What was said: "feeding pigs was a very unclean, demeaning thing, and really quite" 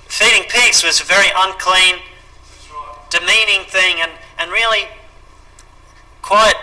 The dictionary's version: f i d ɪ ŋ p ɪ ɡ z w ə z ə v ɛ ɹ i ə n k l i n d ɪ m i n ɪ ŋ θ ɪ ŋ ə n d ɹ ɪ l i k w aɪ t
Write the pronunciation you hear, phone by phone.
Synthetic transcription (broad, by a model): f i d ɪ ŋ p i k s w ə z ə v ɛ ɹ i ə n k l i n d ɪ m i n ɪ ŋ θ ɪ ŋ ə n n ɹ ɪ l i k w aɪ t